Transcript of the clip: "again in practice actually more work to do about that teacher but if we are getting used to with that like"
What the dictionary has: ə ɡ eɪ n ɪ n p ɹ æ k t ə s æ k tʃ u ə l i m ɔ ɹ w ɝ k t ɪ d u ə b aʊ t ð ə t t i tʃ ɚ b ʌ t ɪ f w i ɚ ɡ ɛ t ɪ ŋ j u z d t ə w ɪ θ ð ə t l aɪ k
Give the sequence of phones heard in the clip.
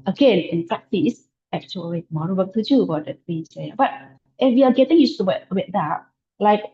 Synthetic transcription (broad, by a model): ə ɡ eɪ n ɪ n p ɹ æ k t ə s æ k tʃ u ə l i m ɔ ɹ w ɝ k t ɪ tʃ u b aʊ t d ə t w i s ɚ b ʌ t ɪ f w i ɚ ɡ ɛ t ɪ ŋ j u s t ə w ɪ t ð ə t l aɪ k